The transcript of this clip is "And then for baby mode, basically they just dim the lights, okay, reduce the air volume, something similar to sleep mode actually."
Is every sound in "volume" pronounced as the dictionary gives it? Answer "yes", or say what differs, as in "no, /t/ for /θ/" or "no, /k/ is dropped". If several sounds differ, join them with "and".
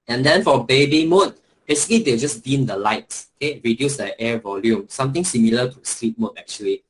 yes